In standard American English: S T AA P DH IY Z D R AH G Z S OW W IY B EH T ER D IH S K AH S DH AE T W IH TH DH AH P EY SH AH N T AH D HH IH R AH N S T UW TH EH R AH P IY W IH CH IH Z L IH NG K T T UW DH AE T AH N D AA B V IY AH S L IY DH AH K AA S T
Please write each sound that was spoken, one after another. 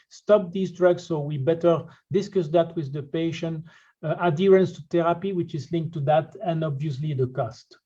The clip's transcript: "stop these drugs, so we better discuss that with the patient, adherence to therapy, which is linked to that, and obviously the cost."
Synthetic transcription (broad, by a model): S T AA P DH IY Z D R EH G S OW W IY B EH T ER D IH S K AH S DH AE T W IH DH AH P EY SH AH N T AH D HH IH R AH N S T UW T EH R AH P IY W IH CH IH Z L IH NG K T T UW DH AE T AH N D AA B V IY AH S L IY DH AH K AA S T